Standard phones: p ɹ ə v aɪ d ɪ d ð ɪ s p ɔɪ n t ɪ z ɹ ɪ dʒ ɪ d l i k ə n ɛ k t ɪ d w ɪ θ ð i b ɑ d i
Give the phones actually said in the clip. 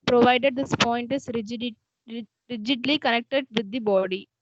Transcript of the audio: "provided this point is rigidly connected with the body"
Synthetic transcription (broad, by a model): p ɹ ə v aɪ d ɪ d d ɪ s p ɔɪ n t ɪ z ɹ ɪ dʒ ɪ d l i k ə n ɛ k t ɪ d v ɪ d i b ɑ d i